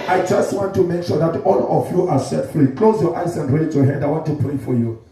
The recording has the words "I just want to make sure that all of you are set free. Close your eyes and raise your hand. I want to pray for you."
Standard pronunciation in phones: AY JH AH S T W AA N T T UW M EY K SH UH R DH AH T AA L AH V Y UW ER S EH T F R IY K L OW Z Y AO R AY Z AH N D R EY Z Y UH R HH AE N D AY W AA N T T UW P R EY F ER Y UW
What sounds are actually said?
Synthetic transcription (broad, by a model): AY JH AH S T W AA N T T UW M EY K SH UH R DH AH T AA L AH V Y UW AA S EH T F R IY K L OW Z Y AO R AY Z AH N D R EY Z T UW HH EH D AY W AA N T T UW P R EY F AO Y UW